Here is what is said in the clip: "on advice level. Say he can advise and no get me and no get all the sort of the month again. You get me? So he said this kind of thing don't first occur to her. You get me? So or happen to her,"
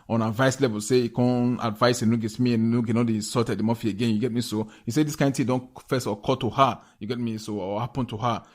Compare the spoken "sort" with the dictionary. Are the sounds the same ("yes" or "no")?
no